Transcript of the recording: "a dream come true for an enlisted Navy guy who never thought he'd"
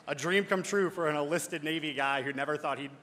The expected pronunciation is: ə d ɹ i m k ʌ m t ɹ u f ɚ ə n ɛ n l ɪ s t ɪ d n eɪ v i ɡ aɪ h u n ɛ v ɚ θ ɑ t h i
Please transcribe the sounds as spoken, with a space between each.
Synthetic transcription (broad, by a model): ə d ɹ i m k ʌ m t ɹ u f ɚ ə n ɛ l ɪ s t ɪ d n eɪ v i ɡ aɪ h u n ɛ v ɚ θ ɑ t h i